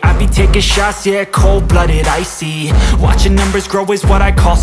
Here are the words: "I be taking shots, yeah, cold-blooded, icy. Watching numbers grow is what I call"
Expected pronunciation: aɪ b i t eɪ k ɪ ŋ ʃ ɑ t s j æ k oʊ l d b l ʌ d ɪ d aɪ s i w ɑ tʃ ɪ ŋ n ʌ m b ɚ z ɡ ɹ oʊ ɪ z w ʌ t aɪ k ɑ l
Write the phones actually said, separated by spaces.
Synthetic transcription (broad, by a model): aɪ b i t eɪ k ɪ ʃ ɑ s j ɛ k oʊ l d b l ʌ d ɪ d aɪ s i w ɑ tʃ ɪ ŋ n ʌ m b ɚ z ɡ ɹ oʊ ɪ z w ʌ t aɪ k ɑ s